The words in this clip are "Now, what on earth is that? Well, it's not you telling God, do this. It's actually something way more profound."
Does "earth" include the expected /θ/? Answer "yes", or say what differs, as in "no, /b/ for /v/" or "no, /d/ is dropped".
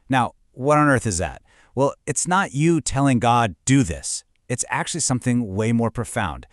yes